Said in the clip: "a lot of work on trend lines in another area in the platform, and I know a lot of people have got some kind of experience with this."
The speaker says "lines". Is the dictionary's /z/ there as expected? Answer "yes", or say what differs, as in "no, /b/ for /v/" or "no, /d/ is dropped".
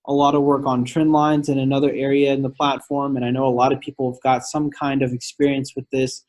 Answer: yes